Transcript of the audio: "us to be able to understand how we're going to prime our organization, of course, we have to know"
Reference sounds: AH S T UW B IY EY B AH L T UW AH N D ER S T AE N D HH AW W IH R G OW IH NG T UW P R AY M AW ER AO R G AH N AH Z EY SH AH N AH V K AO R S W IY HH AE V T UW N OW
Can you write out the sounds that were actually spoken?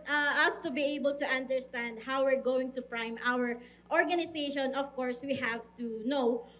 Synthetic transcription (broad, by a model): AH S T UW B IY EY B AH L T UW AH N D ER S T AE N D HH AW W IH R G OW IH NG T UW P R AY M AW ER AO R G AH N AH S EY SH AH N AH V K AO R S W IY HH AE V T UW N OW